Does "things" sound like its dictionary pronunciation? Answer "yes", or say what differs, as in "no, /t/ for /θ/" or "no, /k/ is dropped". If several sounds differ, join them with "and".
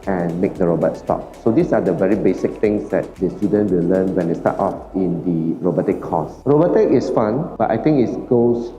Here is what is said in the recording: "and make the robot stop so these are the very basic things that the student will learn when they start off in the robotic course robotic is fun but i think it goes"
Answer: no, /t/ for /θ/